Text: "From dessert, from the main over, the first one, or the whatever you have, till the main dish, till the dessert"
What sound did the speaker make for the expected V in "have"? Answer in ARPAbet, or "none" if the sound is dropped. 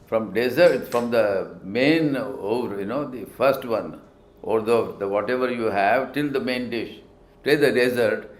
V